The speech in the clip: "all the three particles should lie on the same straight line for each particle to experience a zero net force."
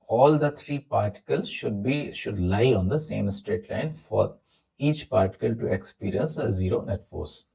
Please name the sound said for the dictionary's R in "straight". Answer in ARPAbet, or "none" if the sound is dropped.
R